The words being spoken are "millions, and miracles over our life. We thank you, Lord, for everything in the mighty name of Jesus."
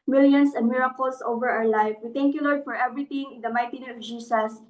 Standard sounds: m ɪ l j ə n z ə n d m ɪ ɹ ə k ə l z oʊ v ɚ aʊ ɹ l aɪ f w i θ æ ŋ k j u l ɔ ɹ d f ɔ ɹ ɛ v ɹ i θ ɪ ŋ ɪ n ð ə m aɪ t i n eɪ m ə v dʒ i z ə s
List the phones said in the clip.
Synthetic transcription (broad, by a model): m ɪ l j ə n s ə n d m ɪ ɹ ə k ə l s oʊ v ɚ aʊ ɹ l aɪ f w i t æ ŋ k j u l ɔ ɹ d f ɔ ɹ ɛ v ɹ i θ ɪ ŋ ɪ n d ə m aɪ t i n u ə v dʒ i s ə s